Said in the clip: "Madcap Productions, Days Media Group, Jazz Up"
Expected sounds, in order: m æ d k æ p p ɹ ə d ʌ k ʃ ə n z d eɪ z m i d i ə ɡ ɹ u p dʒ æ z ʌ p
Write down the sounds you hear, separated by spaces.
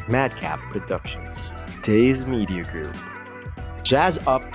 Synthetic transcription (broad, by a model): m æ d k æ p p ɹ ə d ʌ k ʃ ə n z d eɪ z m i d i ə ɡ ɹ u p dʒ æ z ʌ p